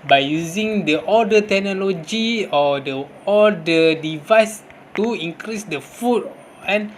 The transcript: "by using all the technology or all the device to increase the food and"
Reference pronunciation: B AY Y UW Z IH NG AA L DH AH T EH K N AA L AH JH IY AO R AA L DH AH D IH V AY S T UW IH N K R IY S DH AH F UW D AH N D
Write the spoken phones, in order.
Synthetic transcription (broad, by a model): B AY Y UW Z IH NG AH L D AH T EH K N AA L AH JH IY AO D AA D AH D IH V AY S T UW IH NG K R IY S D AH F UW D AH N